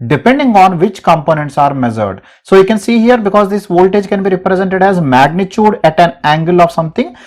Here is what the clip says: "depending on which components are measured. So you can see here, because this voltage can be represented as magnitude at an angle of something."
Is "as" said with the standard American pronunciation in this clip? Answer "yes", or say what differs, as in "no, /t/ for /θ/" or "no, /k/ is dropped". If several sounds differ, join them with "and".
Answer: yes